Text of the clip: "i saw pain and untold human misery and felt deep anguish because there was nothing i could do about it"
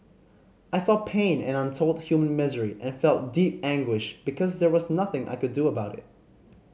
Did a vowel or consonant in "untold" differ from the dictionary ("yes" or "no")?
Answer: no